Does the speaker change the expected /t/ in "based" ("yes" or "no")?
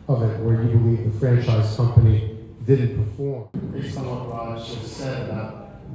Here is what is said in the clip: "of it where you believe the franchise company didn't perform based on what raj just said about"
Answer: yes